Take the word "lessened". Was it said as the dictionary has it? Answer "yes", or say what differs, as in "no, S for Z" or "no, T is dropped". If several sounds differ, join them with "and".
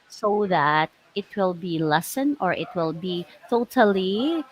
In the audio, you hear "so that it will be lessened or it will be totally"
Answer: no, D is dropped